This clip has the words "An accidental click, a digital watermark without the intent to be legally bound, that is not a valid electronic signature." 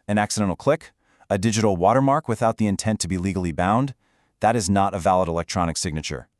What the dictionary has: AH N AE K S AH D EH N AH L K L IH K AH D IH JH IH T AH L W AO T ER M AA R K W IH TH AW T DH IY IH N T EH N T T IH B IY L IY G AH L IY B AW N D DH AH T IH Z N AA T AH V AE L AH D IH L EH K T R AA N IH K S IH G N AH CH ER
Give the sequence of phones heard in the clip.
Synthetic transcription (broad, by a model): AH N AE K S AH D EH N L K L IH K AH D IH JH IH T L W AO T ER M AA R K W IH TH AW T DH IY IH N T EH N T T IH B IY L IY G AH L IY B AW N D DH AH T IH Z N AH T AH V AE L AH D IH L EH K T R AA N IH K S IH G N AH CH ER